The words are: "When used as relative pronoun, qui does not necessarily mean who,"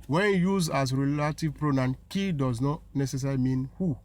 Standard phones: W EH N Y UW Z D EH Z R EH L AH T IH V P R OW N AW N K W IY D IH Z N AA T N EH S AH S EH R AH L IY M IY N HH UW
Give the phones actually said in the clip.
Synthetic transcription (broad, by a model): W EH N Y UW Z AA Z R EH L AH T IH V P R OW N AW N K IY D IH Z N AA T N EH S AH S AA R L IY M IY N HH UW